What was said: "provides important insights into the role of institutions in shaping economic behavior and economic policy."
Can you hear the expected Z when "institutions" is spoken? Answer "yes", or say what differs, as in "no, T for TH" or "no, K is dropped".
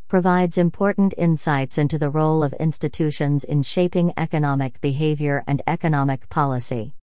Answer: yes